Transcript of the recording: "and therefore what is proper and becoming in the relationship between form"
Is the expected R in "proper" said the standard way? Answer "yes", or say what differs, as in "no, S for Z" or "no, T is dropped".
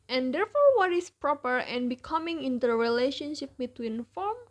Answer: yes